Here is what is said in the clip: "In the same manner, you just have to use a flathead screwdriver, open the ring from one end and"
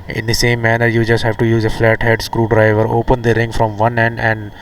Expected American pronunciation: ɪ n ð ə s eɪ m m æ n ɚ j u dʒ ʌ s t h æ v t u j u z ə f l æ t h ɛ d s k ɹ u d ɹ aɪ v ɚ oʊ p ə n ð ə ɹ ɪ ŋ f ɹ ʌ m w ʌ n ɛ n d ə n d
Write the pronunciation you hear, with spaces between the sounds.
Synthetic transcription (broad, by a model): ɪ n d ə s eɪ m m æ n ɚ j u dʒ ʌ s t h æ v t u j u z ə f l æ t h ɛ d s k ɹ u d ɹ aɪ v ɚ oʊ p ə n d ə ɹ ɪ ŋ f ɹ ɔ m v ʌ n ɛ n d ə n d